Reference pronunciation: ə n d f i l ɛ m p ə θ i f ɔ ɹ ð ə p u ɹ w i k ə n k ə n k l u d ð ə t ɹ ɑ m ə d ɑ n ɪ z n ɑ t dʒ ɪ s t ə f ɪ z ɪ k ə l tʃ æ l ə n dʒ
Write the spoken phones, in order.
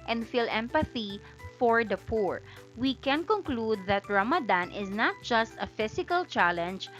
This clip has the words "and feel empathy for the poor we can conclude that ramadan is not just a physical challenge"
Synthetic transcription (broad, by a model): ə n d f i l ɛ m p ə θ i f ɔ ɹ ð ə p u ɹ w i k ə n k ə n k l u d ð ə t ɹ ɑ m ə d ɑ n ɪ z n ɑ t dʒ ɪ s t ə f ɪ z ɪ k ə l tʃ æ l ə n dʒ